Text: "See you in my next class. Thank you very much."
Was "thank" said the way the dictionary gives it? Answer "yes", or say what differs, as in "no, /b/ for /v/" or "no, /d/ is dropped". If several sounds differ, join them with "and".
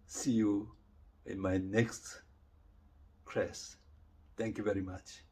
no, /t/ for /θ/